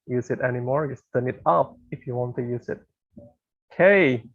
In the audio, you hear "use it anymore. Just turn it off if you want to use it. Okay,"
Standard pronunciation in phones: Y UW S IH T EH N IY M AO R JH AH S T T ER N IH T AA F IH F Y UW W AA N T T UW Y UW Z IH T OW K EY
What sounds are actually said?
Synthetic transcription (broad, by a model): Y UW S IH T EH N IY M AO R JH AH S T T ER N IH T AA P IH F Y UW W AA N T T UW Y UW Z IH T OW K EY